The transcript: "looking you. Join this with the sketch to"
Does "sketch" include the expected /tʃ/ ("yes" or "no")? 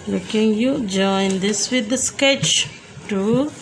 yes